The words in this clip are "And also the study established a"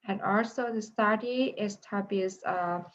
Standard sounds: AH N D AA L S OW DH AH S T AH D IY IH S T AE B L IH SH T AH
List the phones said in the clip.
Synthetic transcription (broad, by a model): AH N AA L S OW DH AH S T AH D IY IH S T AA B IH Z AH